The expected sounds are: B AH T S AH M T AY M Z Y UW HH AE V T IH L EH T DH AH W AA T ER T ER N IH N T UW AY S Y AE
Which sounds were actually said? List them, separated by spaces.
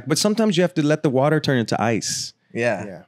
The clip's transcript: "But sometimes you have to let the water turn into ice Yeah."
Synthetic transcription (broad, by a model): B AH T S AH M T AY M Z Y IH HH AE F T IH L EH T DH AH W AA T ER T ER N IH N T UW AY S Y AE